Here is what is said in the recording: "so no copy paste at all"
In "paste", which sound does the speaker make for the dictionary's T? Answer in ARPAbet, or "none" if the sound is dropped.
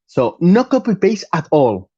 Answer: none